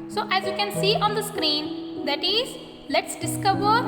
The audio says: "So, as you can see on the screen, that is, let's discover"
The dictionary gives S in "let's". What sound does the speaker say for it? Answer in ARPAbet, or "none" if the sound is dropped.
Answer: S